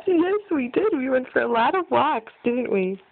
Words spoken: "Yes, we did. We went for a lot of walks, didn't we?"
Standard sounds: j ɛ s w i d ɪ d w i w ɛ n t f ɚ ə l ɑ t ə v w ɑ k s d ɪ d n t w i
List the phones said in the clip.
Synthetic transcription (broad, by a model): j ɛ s w i d ɪ d w i w ɛ n t f ɚ ə l ɑ t ə v w ɑ k s d ɪ d n t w i